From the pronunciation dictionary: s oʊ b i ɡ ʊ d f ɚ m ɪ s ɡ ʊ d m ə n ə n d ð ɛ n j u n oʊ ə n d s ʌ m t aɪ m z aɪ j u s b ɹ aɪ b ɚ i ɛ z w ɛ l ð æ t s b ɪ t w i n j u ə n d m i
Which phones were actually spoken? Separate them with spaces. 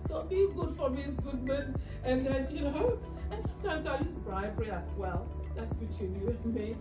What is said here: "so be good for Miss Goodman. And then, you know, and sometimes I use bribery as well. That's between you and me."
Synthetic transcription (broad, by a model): s oʊ b i ɡ ʊ d f ɚ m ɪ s ɡ ʊ d m ə n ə n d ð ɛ n j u n oʊ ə n s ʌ m t aɪ m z aɪ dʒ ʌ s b ɹ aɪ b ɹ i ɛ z w ɛ l ð æ t s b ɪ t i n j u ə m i